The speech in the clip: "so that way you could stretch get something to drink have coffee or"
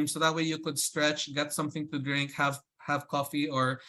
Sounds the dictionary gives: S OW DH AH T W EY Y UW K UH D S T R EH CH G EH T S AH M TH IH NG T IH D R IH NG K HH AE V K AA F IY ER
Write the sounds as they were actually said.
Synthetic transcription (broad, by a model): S OW DH AH T W EY Y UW K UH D S T R EH CH G EH T S AH M TH IH NG T IH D R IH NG K HH AE V K AA F IY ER